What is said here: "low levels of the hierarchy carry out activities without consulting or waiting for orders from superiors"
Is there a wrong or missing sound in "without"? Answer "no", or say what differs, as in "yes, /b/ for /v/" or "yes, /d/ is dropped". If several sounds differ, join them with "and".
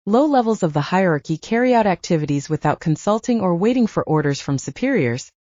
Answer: no